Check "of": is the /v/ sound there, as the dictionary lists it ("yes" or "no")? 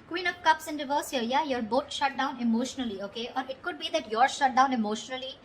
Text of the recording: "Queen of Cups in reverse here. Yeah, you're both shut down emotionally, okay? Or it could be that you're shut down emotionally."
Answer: no